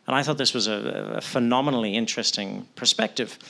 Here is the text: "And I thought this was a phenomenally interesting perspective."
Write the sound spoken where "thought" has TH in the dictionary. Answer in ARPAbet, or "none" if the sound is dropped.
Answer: TH